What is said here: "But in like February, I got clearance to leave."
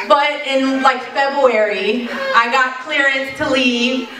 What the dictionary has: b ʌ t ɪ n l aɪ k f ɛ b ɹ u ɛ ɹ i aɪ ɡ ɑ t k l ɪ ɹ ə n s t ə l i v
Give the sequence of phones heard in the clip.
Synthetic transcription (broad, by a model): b ʌ t ɪ n l aɪ k f ɛ b ɹ u ɛ ɹ i aɪ ɡ ɑ t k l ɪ ɹ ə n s t ə l i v